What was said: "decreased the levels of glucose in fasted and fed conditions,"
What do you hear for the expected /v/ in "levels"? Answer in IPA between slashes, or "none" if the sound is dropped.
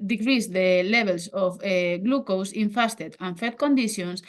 /b/